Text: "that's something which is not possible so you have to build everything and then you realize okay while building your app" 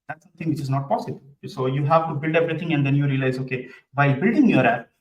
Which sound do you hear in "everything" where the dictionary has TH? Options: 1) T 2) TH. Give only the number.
1